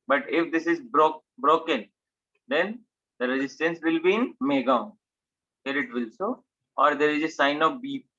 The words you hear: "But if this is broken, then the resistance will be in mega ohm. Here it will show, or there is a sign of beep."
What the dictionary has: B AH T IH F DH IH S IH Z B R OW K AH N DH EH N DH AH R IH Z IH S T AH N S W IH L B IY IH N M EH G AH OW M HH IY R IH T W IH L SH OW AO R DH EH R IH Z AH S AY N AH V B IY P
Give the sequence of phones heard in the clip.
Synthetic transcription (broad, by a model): B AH T IH F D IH S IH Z B R OW K AH N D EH N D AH R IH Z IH S T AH N S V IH L B IY IH N M EH G AH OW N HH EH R IH T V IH L S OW AO R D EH R IH Z AH S AY N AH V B IY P